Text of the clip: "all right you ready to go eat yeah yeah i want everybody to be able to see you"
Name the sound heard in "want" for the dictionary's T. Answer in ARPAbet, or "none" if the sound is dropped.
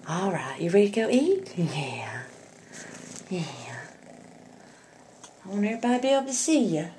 none